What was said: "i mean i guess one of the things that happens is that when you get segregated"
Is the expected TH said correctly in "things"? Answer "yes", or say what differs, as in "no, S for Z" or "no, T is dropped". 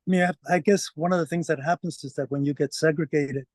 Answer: yes